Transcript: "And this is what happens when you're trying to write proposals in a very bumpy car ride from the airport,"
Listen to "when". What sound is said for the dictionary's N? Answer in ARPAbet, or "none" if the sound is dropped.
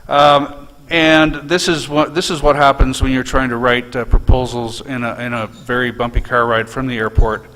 N